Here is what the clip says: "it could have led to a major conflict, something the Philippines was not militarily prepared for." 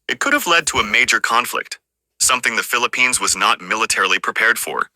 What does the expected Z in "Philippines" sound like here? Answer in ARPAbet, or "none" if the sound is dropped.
Z